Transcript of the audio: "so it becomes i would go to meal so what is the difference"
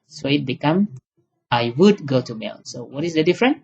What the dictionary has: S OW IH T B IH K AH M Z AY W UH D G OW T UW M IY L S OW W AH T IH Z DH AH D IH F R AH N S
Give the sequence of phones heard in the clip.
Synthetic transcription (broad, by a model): S OW IH T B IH K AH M AY W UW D G OW T UW M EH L S OW W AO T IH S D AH D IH F R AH N